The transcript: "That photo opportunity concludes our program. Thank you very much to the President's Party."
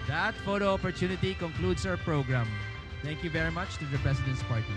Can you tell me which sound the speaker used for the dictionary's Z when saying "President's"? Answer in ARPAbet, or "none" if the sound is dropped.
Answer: S